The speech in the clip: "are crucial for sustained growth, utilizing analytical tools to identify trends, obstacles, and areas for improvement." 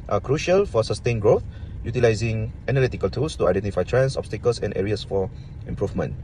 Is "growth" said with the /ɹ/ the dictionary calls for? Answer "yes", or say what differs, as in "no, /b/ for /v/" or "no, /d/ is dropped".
yes